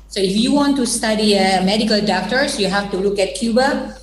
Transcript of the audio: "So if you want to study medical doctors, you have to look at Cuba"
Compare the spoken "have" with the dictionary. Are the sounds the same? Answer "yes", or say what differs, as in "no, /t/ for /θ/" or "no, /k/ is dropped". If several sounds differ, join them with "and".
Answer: no, /f/ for /v/